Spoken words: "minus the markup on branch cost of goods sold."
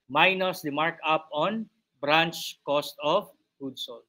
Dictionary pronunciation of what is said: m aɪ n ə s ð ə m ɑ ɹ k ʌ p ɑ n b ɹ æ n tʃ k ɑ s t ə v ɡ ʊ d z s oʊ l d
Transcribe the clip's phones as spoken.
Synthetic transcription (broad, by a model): m aɪ n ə s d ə m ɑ ɹ k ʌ p ɑ n b ɹ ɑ n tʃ k ɑ s t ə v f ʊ d s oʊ l